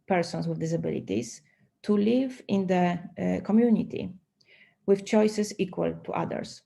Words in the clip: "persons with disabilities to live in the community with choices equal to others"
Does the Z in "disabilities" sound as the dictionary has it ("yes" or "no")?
no